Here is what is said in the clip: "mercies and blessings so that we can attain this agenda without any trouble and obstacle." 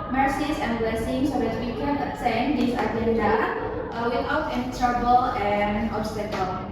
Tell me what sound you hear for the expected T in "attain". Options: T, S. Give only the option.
S